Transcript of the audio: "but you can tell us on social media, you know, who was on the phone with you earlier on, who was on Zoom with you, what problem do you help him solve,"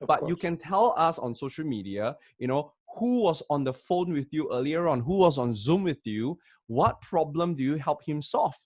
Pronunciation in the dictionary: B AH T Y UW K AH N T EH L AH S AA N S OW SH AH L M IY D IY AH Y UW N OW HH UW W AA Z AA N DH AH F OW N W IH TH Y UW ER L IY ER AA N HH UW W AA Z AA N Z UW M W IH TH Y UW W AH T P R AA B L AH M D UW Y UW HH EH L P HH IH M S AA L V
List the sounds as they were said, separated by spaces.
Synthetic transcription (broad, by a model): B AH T Y UW K AH N T EH L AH S AA N S OW SH AH L M IY D IY AH Y UW N OW HH UW W AA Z AA N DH AH F OW N W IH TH Y UW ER L IY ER AA N HH UW W AA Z AA N Z UW M W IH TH Y UW W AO T P R AA B L AH M D UW Y UW HH EH L P HH IH M S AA L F